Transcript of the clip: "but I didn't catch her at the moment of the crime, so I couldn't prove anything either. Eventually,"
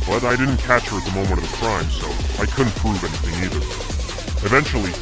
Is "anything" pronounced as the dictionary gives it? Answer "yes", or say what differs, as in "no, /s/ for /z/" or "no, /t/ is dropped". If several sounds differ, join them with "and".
yes